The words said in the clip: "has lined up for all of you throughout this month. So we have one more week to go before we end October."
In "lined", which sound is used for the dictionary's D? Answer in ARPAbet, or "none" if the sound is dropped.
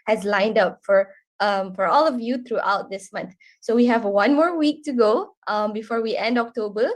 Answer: D